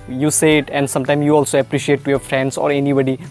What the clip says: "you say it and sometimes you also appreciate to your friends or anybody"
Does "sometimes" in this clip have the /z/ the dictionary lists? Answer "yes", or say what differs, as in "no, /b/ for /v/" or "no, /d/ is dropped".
no, /z/ is dropped